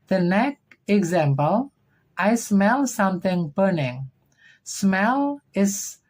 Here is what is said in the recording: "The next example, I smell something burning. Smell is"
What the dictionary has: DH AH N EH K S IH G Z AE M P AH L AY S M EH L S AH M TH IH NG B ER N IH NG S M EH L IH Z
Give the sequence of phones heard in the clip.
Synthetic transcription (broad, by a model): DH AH N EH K IH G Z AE M P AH L AY S M EH L S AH M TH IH NG B ER N IH NG S M EH L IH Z